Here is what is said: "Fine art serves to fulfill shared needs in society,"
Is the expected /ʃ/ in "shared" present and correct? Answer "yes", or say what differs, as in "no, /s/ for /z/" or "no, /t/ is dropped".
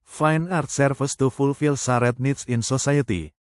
no, /s/ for /ʃ/